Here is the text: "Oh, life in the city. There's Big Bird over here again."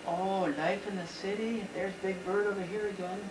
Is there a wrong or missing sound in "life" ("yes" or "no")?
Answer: no